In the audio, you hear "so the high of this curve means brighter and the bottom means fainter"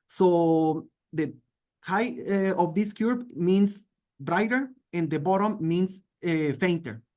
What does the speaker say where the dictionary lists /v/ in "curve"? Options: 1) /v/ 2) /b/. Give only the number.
2